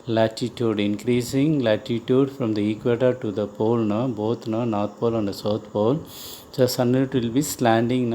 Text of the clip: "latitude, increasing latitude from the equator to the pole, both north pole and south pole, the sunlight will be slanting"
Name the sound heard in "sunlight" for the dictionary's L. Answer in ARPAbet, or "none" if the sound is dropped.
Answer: none